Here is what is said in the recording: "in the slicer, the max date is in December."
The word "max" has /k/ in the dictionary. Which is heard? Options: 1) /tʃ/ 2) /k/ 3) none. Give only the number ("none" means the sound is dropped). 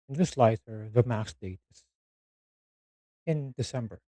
3